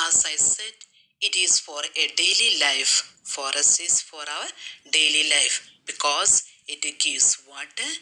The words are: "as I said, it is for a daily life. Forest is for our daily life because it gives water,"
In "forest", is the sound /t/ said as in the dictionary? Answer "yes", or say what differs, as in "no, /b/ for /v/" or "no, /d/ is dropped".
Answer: no, /t/ is dropped